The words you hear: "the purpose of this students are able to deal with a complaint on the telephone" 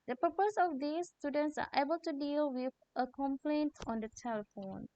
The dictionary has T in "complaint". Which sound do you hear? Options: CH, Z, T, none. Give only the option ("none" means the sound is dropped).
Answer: T